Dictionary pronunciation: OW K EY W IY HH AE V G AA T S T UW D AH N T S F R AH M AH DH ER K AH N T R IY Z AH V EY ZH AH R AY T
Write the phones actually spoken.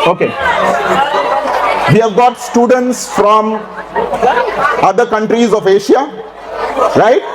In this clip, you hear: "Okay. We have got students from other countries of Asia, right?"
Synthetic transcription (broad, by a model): OW K EY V IY HH AE V G AA T S T UW D AH N T S F R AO M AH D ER K AH N T R IY Z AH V EY SH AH R AY T